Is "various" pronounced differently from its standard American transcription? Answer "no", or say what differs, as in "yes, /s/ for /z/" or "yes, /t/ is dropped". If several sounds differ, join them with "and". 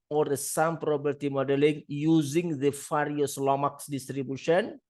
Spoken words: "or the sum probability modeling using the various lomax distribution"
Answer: yes, /f/ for /v/